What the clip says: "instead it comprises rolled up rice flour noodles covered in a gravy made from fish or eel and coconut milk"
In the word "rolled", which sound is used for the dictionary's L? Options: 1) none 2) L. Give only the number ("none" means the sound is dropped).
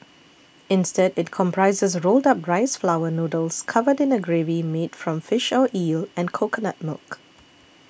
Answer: 2